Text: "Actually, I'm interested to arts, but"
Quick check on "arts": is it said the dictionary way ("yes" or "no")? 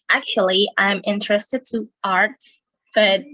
no